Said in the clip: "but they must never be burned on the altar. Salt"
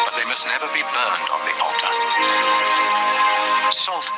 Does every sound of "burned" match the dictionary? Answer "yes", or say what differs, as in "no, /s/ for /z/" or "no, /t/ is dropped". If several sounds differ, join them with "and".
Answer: yes